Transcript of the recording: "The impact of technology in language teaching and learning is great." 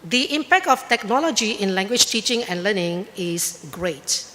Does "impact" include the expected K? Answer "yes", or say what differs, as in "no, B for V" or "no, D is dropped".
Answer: yes